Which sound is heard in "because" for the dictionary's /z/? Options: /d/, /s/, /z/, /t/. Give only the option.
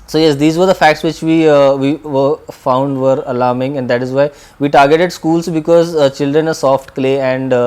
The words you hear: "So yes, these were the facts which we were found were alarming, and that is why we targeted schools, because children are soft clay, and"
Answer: /z/